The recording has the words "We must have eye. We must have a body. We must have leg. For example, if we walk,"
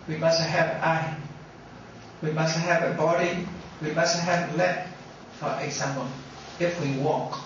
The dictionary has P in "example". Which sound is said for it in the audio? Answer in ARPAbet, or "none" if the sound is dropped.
none